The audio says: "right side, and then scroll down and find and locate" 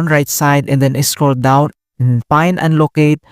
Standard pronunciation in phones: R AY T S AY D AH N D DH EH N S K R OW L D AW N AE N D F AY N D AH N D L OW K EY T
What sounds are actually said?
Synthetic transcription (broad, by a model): R AY T S AY D AH N D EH N S K OW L D AW N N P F AY N AH N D L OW K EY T